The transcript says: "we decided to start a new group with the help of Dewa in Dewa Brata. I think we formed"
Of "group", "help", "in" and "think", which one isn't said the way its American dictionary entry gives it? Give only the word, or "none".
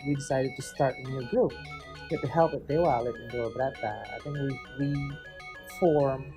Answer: in